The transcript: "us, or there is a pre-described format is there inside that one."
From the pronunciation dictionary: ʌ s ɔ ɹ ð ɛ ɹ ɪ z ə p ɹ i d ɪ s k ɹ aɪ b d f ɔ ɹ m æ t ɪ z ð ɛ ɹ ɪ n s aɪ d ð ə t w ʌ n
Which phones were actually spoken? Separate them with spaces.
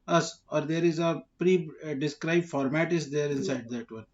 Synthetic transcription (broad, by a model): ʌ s ɔ ɹ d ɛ ɹ ɪ z ə p ɹ i d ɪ s k ɹ aɪ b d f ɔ ɹ m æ t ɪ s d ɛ ɹ ɪ n s aɪ d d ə t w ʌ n